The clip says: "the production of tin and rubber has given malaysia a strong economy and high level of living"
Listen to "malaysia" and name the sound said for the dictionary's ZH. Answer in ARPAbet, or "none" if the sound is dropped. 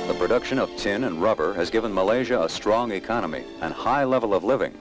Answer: ZH